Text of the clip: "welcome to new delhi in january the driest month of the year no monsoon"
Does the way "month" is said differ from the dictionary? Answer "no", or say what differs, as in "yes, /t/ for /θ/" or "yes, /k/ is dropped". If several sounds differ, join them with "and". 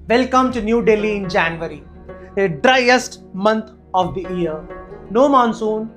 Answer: yes, /t/ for /θ/